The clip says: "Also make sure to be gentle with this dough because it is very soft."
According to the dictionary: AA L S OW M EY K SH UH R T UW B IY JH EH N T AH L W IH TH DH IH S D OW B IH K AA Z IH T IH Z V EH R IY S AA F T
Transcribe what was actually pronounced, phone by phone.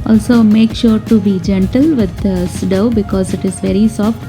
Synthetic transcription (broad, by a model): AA L S OW M EY K SH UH R T UW B IY JH EH N T AH L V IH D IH S D OW B IH K AA Z IH T IH Z V EH R IY S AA F T